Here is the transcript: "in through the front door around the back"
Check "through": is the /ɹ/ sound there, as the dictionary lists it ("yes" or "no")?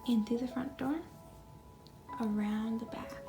no